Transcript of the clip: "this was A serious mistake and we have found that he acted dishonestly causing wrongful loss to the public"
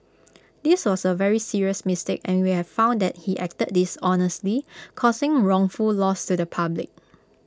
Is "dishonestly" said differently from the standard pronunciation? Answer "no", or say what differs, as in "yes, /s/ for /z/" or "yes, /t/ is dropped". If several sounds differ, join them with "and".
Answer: no